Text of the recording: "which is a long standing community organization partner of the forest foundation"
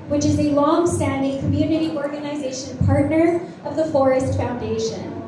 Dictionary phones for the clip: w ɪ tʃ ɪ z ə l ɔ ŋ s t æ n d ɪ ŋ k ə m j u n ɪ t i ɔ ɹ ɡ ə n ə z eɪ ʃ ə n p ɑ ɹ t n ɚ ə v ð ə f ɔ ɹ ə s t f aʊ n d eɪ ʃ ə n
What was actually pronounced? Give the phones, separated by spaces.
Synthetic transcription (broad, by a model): w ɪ tʃ ɪ z ə l ɔ ŋ s t æ n d ɪ ŋ k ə m j u n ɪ t i ɔ ɹ ɡ ə n ə z eɪ ʃ ə n p ɑ ɹ t n ɚ ə v ð ə f ɔ ɹ ə s t f aʊ n d eɪ ʃ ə n